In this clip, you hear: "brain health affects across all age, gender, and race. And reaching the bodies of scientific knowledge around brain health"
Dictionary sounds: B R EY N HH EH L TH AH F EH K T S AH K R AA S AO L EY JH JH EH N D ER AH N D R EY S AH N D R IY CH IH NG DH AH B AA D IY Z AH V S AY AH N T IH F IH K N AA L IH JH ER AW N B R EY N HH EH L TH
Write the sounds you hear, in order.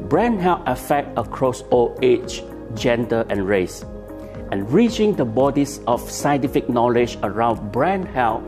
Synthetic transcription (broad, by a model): B R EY N HH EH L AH F EH K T AH K R AA S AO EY CH JH EH N D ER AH N R EY S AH N R IY CH IH NG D AH B AA D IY S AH F S AY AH N T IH F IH K N AA L IH JH ER AW N B R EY N HH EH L